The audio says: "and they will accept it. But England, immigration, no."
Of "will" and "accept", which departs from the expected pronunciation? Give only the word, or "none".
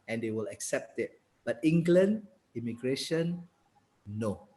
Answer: none